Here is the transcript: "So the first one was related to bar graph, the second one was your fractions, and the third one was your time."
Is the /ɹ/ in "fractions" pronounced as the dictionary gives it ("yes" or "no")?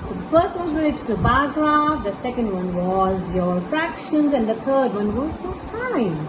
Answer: yes